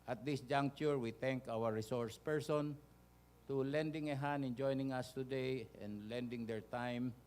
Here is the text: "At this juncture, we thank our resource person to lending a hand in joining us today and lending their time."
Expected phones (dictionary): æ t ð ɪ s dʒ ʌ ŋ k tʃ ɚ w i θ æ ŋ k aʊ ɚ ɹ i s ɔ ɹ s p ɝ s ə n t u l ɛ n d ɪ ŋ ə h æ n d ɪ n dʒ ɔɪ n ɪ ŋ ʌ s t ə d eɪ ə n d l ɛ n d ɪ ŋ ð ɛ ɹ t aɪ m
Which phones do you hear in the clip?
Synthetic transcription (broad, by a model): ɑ t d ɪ s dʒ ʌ ŋ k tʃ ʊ w i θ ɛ ŋ k aʊ ɚ ɹ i s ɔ ɹ s p ɝ s ə n t u l ɛ n d ɪ ŋ ə h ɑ n ɪ n dʒ ɔɪ n ɪ ŋ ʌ s t ə d eɪ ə n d l ɛ n d ɪ ŋ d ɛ ɹ t aɪ m